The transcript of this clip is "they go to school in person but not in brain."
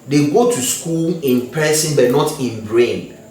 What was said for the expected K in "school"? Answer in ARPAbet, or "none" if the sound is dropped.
K